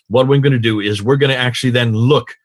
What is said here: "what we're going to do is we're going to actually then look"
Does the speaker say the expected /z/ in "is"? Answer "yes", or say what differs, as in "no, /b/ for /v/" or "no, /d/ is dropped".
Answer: yes